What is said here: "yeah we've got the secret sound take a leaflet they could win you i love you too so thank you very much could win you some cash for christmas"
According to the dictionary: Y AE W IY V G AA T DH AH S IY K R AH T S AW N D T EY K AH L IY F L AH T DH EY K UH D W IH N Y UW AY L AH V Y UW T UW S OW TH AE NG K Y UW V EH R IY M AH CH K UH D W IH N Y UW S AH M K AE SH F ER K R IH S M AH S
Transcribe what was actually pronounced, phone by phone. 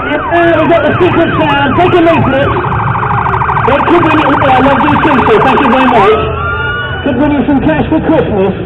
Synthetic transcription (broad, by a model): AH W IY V G AA T DH AH S IY K R AH T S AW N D T EY K AH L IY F N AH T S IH K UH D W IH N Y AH AY L AH V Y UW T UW S OW TH AE NG K Y UW V EH R IY M AH CH K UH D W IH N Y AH S AH M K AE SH F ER K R IH S M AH S